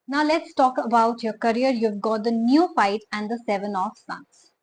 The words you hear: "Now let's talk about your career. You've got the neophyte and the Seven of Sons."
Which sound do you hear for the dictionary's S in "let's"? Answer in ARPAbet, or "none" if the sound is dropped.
S